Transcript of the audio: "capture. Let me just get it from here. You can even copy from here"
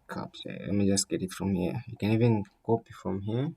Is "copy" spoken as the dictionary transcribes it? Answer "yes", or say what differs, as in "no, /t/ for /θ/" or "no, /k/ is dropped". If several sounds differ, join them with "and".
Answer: yes